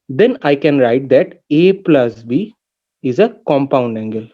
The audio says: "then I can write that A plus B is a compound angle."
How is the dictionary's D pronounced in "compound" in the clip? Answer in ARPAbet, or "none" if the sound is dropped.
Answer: D